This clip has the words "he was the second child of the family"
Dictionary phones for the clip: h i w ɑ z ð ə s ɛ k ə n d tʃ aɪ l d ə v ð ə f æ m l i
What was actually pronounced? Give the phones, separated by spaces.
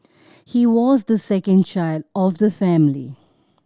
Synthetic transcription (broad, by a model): h i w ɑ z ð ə s ɛ k ə n d tʃ aɪ l d ə v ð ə f æ m l i